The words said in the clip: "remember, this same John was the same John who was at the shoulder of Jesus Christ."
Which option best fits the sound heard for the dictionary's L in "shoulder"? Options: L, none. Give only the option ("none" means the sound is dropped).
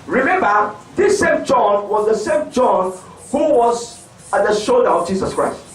L